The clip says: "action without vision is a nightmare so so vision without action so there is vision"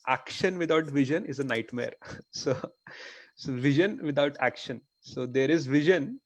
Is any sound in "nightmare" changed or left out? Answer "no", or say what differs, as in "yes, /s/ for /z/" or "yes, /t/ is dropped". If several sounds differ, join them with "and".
no